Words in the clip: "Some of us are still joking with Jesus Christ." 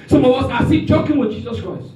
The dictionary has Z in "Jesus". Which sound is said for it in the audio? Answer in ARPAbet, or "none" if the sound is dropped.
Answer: Z